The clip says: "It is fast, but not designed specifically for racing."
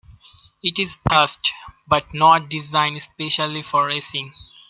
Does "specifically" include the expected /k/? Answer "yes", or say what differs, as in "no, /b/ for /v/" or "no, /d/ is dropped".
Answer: no, /k/ is dropped